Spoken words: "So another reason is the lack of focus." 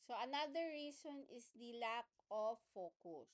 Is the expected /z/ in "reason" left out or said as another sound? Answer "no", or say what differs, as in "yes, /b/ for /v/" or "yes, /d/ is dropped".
yes, /s/ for /z/